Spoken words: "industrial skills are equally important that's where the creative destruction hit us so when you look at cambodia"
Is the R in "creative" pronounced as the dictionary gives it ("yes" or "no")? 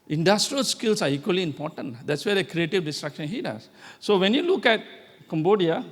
yes